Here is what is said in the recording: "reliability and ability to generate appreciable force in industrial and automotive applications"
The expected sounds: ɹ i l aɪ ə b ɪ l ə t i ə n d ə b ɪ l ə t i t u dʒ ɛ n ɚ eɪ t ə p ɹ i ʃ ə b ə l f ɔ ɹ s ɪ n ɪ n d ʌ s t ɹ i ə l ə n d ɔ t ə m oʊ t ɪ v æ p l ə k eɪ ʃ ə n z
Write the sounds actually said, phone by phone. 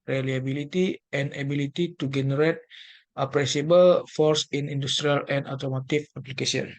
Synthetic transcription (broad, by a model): ɹ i l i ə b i l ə t i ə n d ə b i l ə t i t u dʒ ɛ n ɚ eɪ t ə p ɹ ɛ s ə b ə l f ɔ ɹ s ɪ n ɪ n d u s t ɹ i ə l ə n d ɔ t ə m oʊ t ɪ f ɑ p l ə k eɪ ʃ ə n